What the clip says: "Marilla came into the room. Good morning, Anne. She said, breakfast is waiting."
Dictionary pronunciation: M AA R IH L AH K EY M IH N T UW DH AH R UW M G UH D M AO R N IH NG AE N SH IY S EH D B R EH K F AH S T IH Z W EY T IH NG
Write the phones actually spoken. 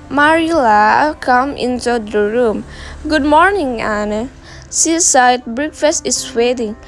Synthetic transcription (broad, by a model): M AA R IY L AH K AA M IH N T UW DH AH R UW M G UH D M AO R N IH NG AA N S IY S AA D B R EH K F AH S T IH S W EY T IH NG